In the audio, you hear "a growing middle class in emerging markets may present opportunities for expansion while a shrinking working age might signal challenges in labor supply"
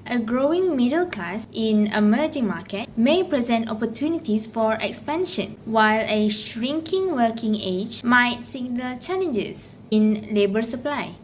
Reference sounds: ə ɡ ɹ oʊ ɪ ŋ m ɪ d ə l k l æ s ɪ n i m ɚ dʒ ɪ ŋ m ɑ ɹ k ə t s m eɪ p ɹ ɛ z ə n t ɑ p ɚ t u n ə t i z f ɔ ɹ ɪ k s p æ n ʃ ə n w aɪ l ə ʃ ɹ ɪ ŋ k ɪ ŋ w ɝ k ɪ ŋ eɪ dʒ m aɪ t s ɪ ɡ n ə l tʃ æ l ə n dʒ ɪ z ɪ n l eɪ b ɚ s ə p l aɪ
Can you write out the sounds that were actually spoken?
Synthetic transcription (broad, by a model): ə ɡ ɹ oʊ ɪ ŋ m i d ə l k l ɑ s ɪ n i m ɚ dʒ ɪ ŋ m ɑ k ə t m eɪ p ɹ ɛ z ə n t ɑ p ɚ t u n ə t i s f ɔ ɹ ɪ k s p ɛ n ʃ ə n w aɪ l ə ʃ ɹ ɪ ŋ k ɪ ŋ w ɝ k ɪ ŋ eɪ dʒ m aɪ t s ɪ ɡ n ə l tʃ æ l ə n dʒ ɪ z ɪ n l eɪ b ɚ s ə p l aɪ